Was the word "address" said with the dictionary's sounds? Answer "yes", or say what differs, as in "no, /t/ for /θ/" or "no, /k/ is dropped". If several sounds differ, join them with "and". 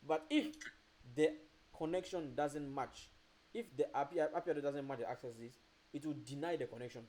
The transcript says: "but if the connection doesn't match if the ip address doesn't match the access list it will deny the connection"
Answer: no, /s/ is dropped